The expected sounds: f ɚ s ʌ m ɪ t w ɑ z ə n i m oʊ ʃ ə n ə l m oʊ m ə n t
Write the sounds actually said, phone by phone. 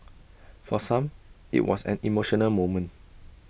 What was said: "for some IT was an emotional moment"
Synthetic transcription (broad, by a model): f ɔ s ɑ m ɪ t w ɑ s ə n i m oʊ ʃ ə n ə l m oʊ m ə n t